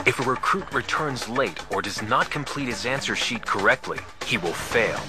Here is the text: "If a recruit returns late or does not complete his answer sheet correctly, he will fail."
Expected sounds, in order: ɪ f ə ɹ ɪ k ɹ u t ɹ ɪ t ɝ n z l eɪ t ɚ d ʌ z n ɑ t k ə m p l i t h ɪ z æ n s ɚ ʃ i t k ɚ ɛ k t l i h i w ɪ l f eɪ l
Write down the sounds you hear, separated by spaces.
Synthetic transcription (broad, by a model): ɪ f ə ɹ ɪ k ɹ u t ɹ ɪ t ɝ n z l eɪ t ɚ d ʌ z n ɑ t k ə m p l i t h ɪ z æ n s ɚ ʃ i t k ɚ ɛ k t l i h i w ɪ l f eɪ l